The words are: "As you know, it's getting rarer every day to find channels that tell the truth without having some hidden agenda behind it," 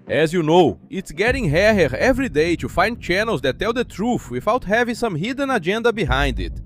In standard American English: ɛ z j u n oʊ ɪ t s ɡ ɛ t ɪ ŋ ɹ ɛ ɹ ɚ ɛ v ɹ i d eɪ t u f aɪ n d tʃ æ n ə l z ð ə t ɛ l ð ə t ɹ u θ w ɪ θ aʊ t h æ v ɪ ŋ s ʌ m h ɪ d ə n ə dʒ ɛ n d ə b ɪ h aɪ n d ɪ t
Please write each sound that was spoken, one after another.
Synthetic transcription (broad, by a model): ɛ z j u n oʊ ɪ t s ɡ ɛ t ɪ ŋ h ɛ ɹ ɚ ɛ v ɹ i d eɪ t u f aɪ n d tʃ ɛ n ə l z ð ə t ɛ l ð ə t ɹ u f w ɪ f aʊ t h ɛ v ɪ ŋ s ʌ m h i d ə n ə dʒ ɛ n d ə b ɪ h aɪ n d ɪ t